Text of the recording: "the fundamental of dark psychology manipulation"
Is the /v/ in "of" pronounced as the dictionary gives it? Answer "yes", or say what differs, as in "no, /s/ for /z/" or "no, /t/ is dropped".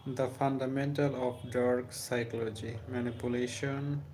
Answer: no, /p/ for /v/